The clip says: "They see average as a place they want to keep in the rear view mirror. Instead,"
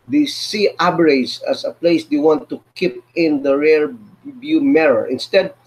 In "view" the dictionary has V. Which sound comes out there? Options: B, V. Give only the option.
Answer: B